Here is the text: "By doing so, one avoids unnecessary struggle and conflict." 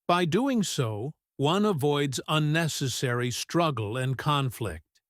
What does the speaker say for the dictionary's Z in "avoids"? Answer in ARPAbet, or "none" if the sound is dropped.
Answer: Z